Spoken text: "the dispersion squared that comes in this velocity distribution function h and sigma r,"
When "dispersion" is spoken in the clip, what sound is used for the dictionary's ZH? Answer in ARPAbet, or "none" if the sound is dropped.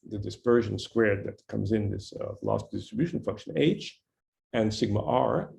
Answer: ZH